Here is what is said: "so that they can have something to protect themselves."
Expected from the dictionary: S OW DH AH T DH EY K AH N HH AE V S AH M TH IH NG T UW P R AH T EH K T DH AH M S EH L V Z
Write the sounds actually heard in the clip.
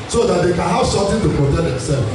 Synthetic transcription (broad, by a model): S OW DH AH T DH EY K AH N HH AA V S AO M T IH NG T UW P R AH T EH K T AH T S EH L